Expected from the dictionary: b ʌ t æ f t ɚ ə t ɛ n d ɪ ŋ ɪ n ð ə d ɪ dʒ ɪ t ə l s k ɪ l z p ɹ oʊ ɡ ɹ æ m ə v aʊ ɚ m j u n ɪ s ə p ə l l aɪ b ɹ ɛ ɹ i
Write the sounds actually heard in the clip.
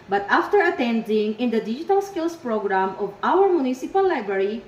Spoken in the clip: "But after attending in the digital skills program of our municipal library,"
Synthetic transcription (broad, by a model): b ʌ t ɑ f t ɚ ə t ɛ n d ɪ ŋ ɪ n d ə d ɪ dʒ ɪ t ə l s k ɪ l s p ɹ oʊ ɡ ɹ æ m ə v aʊ ɚ m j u n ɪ s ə p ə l l aɪ b ɹ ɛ ɹ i